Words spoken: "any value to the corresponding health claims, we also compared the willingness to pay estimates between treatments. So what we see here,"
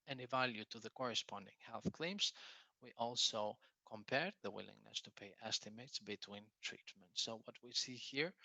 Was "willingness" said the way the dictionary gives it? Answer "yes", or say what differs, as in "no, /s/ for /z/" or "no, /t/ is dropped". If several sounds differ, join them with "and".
yes